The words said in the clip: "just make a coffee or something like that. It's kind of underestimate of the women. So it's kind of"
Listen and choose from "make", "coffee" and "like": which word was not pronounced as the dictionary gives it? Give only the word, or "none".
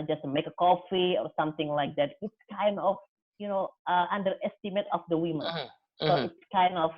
none